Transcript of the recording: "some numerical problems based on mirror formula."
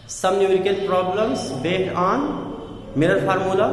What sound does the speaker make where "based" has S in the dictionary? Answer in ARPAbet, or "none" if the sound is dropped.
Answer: none